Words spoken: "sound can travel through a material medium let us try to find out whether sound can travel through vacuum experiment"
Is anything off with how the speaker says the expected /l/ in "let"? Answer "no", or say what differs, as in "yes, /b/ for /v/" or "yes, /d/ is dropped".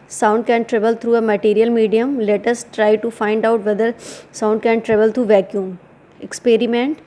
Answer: no